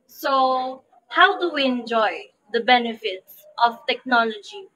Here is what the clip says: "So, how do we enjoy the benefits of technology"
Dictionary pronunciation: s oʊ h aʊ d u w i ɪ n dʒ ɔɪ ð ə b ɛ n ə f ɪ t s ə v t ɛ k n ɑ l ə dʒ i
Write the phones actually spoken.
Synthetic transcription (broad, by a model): s oʊ h aʊ d u w i ɪ n dʒ ɔɪ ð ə b ɛ n ə f ɪ t s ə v t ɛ k n ɑ l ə dʒ i